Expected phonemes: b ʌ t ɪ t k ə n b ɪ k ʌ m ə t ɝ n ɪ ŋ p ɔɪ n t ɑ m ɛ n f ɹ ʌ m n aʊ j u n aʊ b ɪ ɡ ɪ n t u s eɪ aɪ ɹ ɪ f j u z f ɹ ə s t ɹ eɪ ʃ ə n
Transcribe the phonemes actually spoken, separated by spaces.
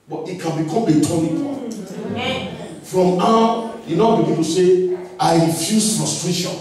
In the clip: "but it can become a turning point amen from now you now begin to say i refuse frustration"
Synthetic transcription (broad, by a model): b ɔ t ɪ t k ə n b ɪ k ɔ m ə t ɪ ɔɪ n ɑ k f ɹ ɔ m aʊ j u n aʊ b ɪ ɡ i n t u s eɪ aɪ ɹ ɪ f j u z f ɹ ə s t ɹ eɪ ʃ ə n